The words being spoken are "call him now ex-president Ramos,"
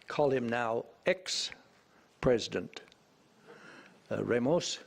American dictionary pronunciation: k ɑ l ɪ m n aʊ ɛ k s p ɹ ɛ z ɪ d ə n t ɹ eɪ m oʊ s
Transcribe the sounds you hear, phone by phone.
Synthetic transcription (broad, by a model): k ɑ l ɪ m n aʊ ɛ k s p ɹ ɛ z ɪ d ə n t ɹ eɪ m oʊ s